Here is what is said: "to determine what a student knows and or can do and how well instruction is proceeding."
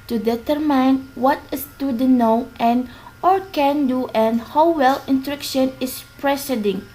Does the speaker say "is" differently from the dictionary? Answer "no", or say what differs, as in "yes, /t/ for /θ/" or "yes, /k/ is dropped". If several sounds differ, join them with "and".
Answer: yes, /s/ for /z/